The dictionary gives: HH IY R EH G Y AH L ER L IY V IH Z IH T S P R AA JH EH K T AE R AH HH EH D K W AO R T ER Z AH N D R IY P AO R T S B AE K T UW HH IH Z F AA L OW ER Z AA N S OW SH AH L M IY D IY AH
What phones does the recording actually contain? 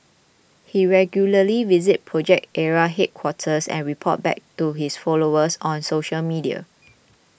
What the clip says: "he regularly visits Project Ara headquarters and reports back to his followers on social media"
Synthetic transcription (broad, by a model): HH IY R EH G Y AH L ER L IY V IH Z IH T P R AA JH EH K T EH R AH HH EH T K W AO T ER S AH N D R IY P AO T B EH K T UW HH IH S F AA L OW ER S AA N S OW SH AH L M IY D IY AH